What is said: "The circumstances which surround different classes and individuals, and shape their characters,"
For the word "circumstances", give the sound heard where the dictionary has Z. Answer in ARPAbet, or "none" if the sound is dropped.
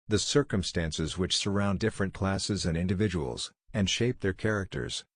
Z